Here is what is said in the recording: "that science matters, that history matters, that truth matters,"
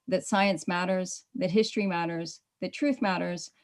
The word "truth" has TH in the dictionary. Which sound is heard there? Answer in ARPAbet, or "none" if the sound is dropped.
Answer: TH